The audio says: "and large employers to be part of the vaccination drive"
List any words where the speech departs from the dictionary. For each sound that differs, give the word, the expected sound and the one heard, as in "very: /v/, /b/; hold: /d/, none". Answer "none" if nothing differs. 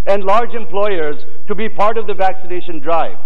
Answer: none